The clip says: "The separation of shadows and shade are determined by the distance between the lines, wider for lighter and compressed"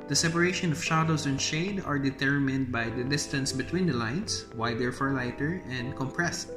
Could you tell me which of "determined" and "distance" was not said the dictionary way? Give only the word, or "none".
none